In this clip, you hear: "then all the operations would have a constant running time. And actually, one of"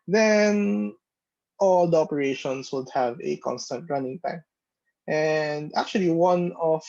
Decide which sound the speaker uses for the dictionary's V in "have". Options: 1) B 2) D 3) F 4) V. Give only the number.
4